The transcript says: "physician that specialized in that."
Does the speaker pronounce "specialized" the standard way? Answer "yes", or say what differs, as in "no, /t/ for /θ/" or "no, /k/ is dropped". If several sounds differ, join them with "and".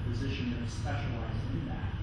no, /d/ is dropped